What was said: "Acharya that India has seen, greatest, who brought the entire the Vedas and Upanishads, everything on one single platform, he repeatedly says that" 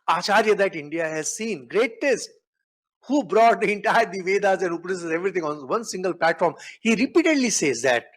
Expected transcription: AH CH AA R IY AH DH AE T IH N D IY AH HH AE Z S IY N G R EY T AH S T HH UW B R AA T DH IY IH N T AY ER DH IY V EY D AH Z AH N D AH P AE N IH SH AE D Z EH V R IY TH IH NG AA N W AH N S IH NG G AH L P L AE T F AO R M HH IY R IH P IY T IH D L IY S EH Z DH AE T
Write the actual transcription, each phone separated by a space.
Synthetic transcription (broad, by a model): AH CH AA R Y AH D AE T IH N D IY AH HH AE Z S IY N G R EY T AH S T HH UW B R AA T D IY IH N T AY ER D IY V EY D AH Z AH N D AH P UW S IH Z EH V R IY T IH NG AA N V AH N S IH NG G AH L P L AE T F AO R M HH IY R IH P IY T IH D L IY S EH Z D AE T